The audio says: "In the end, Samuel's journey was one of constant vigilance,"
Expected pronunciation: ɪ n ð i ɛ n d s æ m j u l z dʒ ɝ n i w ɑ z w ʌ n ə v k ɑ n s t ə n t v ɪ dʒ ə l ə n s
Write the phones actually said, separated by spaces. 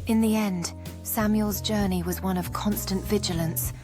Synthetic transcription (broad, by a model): ɪ n ð i ɛ n d s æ m j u l z dʒ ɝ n i w ɑ z w ʌ n ə v k ɑ n s t ə n t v ɪ dʒ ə l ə n s